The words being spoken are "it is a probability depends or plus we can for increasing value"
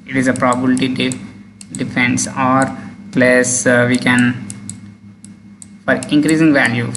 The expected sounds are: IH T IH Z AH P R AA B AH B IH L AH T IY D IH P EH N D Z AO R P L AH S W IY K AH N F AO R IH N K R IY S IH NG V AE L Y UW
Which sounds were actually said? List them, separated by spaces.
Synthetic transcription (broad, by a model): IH T IH Z AH P R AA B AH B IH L T IY D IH F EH N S AO R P L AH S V IY K AH N F AO R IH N K R IY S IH NG V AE L Y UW